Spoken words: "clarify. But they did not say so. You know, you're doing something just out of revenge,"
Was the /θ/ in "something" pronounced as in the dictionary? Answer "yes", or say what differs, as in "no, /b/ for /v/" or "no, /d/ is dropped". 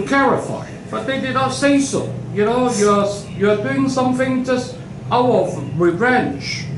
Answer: yes